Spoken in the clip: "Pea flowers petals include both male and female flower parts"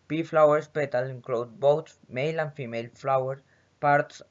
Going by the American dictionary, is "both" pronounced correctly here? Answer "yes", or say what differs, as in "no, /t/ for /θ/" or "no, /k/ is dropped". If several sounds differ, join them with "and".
no, /s/ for /θ/